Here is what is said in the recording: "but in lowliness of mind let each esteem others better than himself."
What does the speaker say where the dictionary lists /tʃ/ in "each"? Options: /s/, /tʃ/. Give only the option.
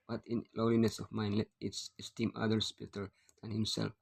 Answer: /s/